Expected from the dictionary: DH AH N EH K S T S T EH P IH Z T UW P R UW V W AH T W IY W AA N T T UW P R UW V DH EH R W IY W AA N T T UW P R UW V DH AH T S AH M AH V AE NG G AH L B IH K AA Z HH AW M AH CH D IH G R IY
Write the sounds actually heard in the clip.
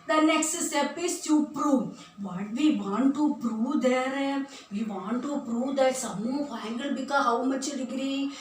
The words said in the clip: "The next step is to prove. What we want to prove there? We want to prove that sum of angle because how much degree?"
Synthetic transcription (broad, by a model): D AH N EH K S T S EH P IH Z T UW P R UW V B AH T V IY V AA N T T UW P R UW V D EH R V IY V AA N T T UW P R UW V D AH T S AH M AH F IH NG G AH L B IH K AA HH AW M AH CH D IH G R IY